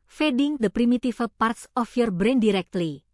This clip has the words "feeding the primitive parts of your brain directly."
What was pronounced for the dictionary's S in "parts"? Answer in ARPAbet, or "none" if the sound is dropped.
S